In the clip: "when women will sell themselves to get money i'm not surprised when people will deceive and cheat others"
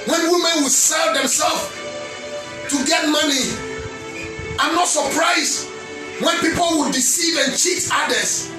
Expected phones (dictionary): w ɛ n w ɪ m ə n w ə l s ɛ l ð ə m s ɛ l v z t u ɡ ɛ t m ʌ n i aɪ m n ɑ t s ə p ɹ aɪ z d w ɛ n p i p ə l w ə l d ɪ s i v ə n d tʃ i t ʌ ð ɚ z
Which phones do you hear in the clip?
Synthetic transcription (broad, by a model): w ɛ n w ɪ m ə n w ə s ɛ l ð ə m s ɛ l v t u ɡ ɛ t m ʌ n i aɪ m n ɑ t s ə p ɹ aɪ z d w ɛ n p i p ə l w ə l d ɪ s i v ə n tʃ i t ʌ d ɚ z